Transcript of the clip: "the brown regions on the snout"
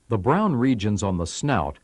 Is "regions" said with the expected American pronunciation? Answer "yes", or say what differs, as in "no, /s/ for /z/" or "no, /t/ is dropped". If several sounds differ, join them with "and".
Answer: yes